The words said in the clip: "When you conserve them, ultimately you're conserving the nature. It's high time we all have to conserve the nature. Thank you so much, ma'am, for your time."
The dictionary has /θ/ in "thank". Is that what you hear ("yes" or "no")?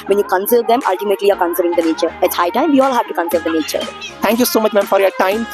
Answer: no